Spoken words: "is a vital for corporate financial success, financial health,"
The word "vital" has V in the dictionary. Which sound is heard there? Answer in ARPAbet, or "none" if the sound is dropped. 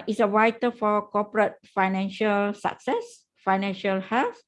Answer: W